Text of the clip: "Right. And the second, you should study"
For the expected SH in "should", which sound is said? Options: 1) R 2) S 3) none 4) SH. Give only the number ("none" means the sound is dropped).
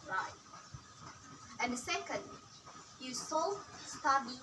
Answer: 2